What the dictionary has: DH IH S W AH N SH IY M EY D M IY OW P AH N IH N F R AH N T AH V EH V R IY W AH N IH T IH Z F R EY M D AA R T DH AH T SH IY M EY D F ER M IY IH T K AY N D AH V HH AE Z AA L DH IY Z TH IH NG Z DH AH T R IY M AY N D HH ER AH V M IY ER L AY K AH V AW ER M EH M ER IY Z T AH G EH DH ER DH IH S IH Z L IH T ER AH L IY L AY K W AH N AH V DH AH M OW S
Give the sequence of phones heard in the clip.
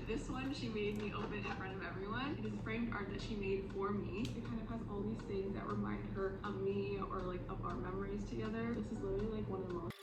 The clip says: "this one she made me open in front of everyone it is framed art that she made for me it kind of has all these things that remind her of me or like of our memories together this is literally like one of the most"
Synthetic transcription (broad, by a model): DH IH S W AH N SH IY M EY D M IY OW B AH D IH N F R AH N T AH V EH V R IY W AH N IH T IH Z F R EY M D AA R T DH AH T SH IY M EY D F ER M IY IH T K AY N D AH V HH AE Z AA L DH IY Z TH IH NG Z DH AH T R IY M AY N D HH ER AH V M IY ER L AY K AH V AW ER M EH M ER IY Z T AH G EH DH ER DH IH S IH Z L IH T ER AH L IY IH K W AH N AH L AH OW